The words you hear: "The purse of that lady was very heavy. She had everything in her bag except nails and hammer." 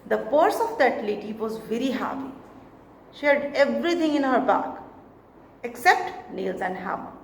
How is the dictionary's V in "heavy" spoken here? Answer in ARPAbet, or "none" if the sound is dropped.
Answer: P